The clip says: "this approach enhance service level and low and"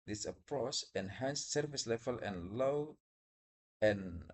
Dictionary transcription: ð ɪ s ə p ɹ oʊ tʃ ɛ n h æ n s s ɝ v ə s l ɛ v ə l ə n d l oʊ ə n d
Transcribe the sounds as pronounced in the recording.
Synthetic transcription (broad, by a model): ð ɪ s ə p ɹ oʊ s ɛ n h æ n s s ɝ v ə s l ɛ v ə l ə n l oʊ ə n